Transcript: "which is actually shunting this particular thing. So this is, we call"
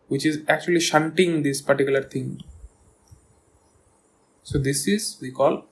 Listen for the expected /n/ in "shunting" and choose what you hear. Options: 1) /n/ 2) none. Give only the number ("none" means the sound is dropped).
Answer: 1